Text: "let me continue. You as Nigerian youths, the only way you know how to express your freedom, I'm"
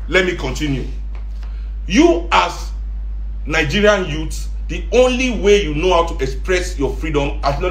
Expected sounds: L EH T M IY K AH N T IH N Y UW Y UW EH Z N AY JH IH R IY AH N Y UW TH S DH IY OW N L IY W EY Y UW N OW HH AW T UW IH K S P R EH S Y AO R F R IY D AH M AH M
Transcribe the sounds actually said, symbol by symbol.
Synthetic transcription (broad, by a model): L EH T M IY K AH N T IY N Y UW Y UW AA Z N AY JH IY R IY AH N Y UW T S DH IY OW N L IY W EY Y UW N OW HH AW T UW IH K S P R EH S Y AO F R IY D AH M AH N